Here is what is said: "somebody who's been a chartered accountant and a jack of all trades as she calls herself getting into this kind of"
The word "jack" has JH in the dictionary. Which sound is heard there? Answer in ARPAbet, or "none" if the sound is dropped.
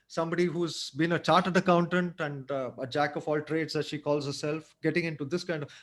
JH